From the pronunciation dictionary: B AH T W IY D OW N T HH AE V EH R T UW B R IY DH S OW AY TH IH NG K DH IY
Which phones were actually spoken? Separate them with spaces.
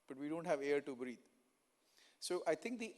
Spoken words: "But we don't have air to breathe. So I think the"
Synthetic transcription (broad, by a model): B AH T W IY D OW N T HH AE V EH R T UW B R IY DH S OW AY T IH NG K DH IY